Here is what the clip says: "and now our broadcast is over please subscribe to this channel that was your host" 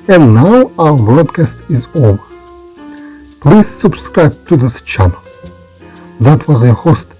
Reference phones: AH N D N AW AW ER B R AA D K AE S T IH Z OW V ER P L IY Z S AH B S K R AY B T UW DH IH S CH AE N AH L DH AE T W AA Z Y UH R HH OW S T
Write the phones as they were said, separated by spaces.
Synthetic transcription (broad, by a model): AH N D N AW AW ER B R AA D K AE S T IH Z OW V ER P L IY Z S AH B S K R AY B T UW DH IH S CH AE N AH L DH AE T W AA Z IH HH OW S T